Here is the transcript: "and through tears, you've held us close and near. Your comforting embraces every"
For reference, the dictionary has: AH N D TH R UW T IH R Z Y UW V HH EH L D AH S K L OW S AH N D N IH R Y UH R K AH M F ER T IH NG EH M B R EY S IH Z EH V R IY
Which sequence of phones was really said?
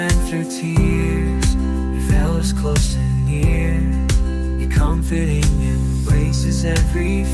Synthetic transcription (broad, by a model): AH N TH R UW T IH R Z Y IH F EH L AH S K L OW S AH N N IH R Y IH K AH M F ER T IH NG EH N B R EY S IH Z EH V R IY